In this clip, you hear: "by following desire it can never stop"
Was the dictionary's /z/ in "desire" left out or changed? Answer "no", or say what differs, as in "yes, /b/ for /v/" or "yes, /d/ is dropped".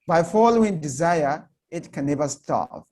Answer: no